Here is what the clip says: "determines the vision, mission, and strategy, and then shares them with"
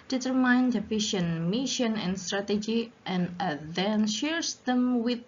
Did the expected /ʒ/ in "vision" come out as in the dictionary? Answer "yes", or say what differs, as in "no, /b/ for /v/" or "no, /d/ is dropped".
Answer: no, /ʃ/ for /ʒ/